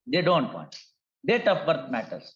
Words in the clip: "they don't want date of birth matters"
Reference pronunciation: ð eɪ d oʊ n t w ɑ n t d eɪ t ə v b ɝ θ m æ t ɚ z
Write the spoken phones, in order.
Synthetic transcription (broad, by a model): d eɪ d oʊ n t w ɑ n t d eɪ t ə p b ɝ t m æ t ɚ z